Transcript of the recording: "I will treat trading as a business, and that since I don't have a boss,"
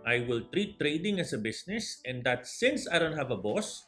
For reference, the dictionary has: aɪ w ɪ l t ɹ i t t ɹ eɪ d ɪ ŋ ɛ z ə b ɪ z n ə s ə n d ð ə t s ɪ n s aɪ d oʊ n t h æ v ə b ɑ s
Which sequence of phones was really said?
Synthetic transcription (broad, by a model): aɪ w ɪ l t ɹ i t t ɹ eɪ d ɪ ŋ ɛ s ə b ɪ s n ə s ə n d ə t s ɪ n s aɪ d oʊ n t h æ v ə b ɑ s